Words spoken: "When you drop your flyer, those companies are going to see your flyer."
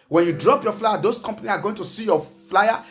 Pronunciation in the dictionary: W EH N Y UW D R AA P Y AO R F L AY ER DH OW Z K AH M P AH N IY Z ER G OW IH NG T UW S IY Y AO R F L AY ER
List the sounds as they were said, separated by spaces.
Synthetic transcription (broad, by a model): W EH N Y UW D R AA P Y AO F L AY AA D OW S K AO M P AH N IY S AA G OW IH NG T UW S IY Y AO F L AY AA